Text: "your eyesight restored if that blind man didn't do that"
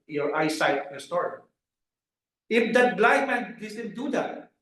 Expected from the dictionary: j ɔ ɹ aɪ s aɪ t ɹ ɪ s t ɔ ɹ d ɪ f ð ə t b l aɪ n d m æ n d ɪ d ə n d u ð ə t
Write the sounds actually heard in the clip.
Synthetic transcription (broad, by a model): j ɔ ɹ aɪ s aɪ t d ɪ s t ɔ ɹ ɪ f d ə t b l aɪ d m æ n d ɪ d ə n d u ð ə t